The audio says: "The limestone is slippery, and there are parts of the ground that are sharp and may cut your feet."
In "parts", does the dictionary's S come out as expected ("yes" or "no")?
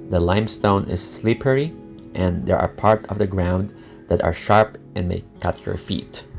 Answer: no